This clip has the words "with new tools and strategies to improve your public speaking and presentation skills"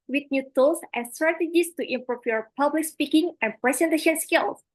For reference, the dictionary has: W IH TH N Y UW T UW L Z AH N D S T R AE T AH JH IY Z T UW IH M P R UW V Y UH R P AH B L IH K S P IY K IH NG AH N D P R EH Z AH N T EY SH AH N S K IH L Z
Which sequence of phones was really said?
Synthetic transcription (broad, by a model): W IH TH N Y UW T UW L S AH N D S T R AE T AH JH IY S T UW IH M P R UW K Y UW R P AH B L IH K S P IY K IH NG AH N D P R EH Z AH N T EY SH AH N S K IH L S